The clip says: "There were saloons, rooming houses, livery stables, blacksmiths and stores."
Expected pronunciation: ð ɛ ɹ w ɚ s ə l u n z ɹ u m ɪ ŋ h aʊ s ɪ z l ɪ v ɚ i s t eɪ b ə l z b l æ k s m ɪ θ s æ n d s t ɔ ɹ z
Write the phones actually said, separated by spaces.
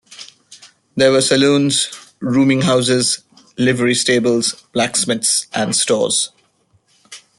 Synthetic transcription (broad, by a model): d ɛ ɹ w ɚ s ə l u n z ɹ u m ɪ ŋ h aʊ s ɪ z l ɪ v ɚ i s t eɪ b ə l z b l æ k s m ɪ t s æ n d s t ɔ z